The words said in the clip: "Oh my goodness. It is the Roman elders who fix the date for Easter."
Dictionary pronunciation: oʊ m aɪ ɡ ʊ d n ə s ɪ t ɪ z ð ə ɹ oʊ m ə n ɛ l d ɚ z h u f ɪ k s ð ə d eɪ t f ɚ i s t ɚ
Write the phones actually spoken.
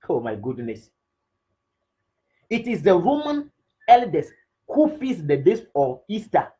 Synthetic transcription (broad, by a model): oʊ m aɪ ɡ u d n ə s ɪ t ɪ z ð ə ɹ oʊ m ə n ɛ l d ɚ s h u f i s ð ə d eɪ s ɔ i s t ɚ